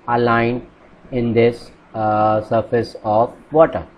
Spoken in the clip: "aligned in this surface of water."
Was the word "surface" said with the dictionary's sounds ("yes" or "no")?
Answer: yes